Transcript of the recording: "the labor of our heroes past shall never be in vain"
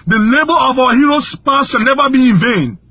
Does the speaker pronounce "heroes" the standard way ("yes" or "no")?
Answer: no